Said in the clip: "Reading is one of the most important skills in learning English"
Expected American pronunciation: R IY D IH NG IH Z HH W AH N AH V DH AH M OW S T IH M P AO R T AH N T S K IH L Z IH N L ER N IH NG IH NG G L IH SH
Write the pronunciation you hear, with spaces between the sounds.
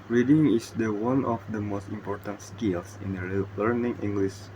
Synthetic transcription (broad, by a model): R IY D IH NG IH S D W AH N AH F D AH M OW S T IH M P AO R T AH N T S K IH L S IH N L ER N IH NG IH NG G L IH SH